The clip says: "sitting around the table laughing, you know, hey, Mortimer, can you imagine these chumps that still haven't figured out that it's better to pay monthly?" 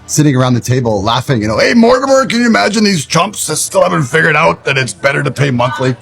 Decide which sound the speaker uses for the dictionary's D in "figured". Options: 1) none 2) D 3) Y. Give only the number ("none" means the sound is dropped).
2